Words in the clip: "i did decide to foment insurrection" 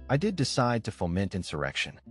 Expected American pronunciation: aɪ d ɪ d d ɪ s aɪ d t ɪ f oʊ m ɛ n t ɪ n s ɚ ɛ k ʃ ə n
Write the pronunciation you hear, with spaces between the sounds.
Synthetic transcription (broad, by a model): aɪ d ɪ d d ɪ s aɪ d t ɪ f oʊ m ɛ n t ɪ n s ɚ ɛ k ʃ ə n